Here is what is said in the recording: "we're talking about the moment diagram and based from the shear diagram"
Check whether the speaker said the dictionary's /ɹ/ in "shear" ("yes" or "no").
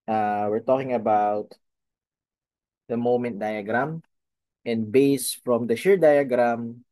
yes